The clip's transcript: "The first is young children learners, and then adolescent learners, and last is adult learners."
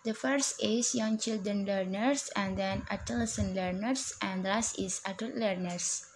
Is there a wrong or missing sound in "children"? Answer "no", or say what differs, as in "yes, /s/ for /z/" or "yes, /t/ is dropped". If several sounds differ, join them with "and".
no